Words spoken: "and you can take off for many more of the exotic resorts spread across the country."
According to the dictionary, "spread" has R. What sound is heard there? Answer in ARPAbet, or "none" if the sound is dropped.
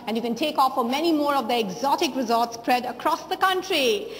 R